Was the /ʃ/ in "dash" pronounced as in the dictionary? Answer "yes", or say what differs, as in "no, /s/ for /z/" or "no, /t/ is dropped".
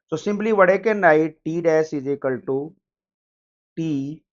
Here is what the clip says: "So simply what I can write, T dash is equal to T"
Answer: no, /s/ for /ʃ/